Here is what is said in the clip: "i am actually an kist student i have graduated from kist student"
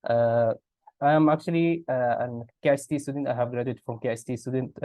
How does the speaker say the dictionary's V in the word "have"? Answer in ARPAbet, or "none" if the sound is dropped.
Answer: V